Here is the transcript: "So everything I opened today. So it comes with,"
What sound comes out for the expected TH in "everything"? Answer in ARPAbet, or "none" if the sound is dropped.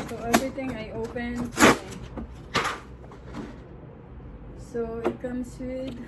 T